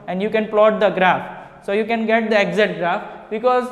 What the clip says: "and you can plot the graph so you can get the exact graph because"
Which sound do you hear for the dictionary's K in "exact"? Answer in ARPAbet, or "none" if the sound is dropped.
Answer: none